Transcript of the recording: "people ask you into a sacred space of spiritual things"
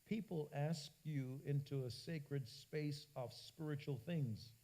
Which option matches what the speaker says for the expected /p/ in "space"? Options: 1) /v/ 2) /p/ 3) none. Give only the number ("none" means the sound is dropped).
2